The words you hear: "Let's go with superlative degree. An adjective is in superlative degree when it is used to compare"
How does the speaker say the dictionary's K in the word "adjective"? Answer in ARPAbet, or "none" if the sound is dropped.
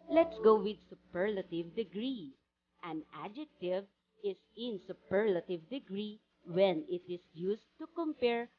K